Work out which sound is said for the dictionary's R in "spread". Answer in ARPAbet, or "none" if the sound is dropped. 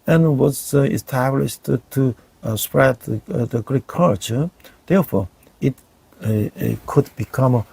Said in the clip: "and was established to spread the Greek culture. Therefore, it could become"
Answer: R